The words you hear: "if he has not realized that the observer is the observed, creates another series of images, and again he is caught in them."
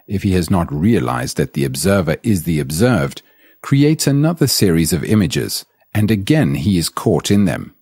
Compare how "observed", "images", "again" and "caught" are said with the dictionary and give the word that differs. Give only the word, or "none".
none